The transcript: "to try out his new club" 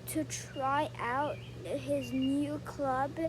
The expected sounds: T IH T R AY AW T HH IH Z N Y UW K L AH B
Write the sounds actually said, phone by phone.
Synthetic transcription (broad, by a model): T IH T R AY AW T HH IH Z N Y UW K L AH B